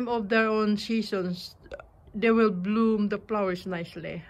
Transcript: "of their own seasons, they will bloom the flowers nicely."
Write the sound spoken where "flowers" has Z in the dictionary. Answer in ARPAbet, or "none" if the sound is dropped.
S